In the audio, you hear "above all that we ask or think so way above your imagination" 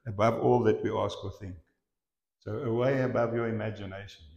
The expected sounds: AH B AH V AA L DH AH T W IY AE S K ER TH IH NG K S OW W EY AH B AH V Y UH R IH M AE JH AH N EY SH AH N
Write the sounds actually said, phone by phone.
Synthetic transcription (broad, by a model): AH B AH V AA L DH AH T W IY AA S K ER TH IH NG K S OW W EY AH B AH V Y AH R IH M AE JH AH N EY SH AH N